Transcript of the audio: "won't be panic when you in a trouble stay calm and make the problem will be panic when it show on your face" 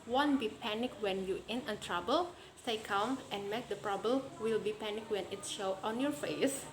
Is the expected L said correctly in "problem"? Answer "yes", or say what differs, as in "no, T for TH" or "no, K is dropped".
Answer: no, L is dropped